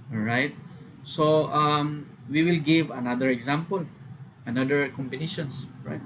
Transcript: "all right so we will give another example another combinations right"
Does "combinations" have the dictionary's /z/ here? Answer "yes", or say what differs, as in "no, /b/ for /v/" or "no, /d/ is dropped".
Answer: no, /s/ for /z/